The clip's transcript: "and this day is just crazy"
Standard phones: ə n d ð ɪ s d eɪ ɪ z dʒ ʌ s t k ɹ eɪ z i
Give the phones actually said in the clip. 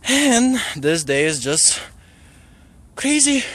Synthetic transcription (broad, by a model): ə n ð ɪ s d eɪ ɪ z dʒ ʌ s t k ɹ eɪ z i